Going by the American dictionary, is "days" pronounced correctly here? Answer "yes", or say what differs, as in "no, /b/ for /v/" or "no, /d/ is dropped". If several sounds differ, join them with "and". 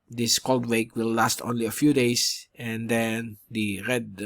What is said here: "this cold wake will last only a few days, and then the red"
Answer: no, /s/ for /z/